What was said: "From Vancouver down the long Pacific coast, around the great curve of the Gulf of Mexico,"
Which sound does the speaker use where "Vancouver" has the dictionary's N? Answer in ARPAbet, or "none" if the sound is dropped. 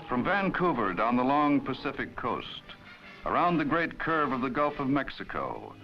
N